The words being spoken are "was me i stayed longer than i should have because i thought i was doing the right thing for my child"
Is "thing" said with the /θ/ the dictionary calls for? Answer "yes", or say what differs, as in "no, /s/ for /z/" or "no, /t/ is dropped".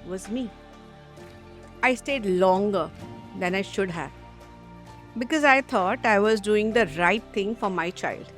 no, /t/ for /θ/